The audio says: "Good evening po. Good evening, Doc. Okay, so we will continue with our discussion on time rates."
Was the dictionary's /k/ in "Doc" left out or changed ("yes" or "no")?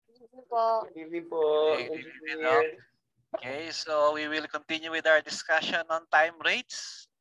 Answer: yes